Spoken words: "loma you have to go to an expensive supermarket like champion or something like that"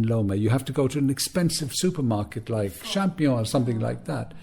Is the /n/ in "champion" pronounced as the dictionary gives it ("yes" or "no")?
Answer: no